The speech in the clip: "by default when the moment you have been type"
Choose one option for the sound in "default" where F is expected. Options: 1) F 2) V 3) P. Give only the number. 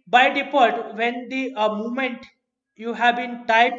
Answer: 3